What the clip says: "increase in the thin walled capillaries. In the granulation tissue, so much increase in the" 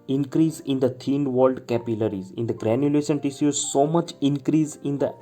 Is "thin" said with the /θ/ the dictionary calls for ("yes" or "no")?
no